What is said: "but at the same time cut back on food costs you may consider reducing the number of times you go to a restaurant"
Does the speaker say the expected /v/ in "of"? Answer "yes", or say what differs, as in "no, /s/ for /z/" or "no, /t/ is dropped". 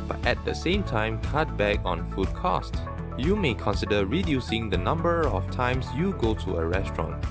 no, /f/ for /v/